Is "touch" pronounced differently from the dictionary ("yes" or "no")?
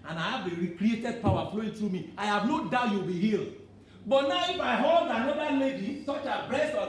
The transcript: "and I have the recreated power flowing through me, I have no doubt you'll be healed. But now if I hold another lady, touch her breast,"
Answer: yes